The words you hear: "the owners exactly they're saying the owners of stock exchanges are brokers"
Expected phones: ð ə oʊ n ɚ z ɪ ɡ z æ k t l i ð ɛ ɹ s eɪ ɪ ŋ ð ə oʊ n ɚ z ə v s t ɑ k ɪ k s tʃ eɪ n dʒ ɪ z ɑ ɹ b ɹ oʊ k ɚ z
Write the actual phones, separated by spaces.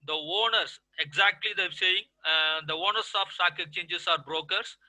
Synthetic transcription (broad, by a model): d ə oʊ n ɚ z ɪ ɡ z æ k t l i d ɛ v s eɪ ɪ ŋ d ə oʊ n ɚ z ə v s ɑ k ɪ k tʃ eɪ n dʒ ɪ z ɑ ɹ b ɹ oʊ k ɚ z